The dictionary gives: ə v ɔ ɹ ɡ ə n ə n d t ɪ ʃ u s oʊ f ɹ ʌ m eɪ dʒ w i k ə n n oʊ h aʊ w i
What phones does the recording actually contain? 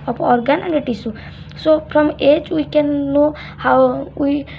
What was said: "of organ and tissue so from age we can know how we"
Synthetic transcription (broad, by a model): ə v ɔ ɹ ɡ ə n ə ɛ t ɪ s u s oʊ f ɹ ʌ m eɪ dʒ w i k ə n n oʊ h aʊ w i